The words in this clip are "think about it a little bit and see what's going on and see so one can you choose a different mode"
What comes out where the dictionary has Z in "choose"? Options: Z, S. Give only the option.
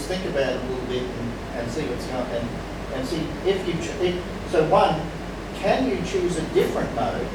Z